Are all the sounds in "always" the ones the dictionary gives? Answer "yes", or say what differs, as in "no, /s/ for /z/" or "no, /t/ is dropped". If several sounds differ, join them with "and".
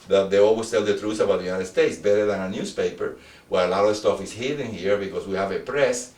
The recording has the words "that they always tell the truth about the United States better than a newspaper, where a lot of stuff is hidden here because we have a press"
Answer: no, /s/ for /z/